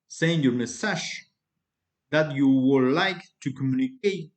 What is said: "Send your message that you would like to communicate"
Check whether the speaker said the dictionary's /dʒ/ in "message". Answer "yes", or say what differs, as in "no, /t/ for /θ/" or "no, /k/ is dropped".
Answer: no, /ʃ/ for /dʒ/